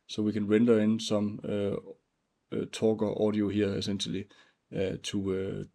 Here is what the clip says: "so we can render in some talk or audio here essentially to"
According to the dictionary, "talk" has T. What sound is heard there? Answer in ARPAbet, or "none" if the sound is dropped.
S